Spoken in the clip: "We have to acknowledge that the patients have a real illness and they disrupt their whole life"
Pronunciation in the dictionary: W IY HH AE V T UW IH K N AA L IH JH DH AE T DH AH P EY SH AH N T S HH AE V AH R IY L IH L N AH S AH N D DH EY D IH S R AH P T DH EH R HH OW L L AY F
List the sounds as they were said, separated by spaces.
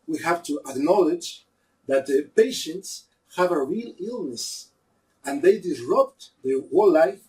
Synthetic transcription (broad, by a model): W IY HH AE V T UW IH K N AA L IH JH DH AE T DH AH P EY SH AH N T S HH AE V AH R IY L IH L N AH S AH N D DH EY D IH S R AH P T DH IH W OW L L AY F